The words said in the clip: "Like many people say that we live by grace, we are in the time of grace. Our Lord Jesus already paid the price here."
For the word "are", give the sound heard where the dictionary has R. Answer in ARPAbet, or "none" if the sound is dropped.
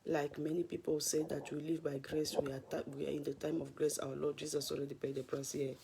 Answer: W